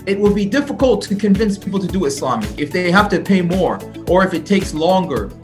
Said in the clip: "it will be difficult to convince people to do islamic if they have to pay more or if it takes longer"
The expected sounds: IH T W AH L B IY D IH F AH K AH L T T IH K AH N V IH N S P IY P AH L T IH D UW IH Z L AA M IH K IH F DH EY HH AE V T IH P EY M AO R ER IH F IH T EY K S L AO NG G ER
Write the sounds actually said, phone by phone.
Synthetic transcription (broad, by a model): IH T W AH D B IY D IH F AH K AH L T T IH K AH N V IH N S P IY P L T IH D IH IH S L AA M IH K IH F DH EY HH AE F T IH P EY M AO R ER IH F IH T EY K S L AO NG G ER